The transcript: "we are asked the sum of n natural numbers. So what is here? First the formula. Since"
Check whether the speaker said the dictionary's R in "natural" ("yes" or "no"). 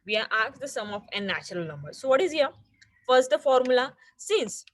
yes